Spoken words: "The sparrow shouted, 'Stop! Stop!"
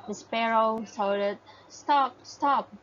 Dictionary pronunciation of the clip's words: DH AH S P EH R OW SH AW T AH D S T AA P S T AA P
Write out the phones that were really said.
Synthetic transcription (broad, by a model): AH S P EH R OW S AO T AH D S T AA P S T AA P